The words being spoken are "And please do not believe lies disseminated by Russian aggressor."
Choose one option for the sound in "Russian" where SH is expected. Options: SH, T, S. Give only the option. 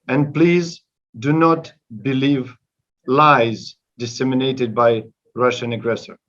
SH